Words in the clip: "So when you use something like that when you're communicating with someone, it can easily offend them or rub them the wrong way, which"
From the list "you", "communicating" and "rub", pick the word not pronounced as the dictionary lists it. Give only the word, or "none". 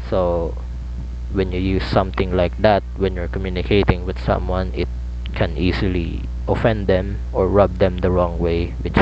none